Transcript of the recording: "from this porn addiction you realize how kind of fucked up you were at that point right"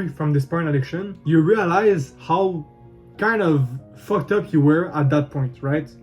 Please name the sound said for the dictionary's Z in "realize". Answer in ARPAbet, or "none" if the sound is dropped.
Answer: Z